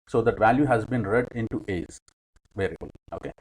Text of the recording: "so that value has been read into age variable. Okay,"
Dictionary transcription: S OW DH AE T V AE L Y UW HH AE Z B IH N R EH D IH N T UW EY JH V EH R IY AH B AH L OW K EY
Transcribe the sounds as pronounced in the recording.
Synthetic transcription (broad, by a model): S OW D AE T V AE L Y UW HH AE Z B IH N R EH D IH N T UW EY Z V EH R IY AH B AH L OW K EY